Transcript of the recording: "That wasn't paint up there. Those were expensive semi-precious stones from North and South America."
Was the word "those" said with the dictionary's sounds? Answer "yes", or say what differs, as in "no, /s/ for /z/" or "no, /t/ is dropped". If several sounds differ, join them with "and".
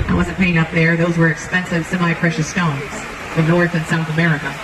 yes